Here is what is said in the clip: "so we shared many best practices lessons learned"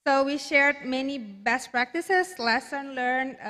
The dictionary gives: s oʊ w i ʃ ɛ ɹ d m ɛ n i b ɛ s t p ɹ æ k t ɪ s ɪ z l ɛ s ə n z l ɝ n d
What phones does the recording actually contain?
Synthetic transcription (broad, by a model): s oʊ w i ʃ ɛ ɹ d m ɛ n i b ɛ s t p ɹ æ k t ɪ s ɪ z l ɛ s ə n l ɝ n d